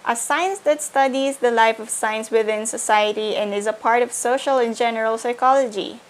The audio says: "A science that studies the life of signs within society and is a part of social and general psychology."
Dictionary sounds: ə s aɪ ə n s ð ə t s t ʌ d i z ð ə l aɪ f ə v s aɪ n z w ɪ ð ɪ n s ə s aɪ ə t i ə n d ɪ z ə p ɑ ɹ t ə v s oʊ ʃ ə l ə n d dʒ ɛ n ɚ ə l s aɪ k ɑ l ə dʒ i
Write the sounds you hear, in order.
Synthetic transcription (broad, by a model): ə s aɪ ə n s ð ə t s t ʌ d i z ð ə l aɪ f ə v s aɪ n s w ɪ ð ɪ n s ə s aɪ ə t i ə n d ɪ z ə p ɑ ɹ t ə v s oʊ ʃ ə l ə n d dʒ ɛ n ɚ ə l s aɪ k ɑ l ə dʒ i